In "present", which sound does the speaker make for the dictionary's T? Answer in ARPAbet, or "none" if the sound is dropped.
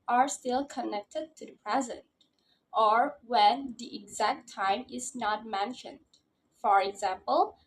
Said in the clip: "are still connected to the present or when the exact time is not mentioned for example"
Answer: T